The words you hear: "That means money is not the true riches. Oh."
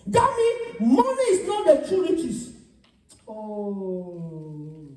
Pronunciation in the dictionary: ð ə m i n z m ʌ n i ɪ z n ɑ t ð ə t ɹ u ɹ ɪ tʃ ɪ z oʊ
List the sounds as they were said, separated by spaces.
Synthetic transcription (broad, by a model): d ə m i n m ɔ n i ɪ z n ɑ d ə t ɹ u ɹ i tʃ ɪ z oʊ